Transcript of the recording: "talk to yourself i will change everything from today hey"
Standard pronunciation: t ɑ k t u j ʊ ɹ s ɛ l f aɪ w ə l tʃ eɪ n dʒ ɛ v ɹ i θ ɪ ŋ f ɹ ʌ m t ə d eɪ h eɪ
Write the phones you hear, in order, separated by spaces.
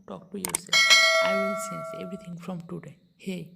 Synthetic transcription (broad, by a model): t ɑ k t u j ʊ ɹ s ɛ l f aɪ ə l s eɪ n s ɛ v ɹ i t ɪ ŋ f ɹ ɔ m t ə d eɪ h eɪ